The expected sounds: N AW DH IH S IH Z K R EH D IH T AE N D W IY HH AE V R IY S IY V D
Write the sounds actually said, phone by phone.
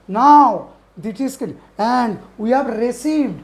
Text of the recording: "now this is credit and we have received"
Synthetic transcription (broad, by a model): N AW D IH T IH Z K EH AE N D W IY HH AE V R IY S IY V D